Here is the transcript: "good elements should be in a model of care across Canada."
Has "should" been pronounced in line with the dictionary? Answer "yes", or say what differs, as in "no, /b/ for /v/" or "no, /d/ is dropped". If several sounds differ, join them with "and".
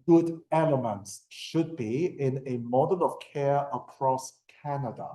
yes